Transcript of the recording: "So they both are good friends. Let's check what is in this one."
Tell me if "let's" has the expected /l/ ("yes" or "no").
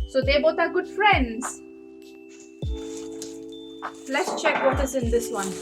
yes